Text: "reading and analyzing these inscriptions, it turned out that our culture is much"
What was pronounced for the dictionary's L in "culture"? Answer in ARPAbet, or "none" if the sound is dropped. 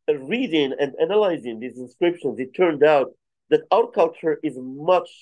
L